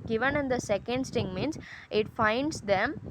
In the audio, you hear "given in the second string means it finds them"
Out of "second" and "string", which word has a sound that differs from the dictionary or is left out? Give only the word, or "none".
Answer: string